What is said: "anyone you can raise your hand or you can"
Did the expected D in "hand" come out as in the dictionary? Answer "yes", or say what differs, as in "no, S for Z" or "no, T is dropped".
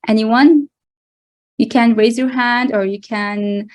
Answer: yes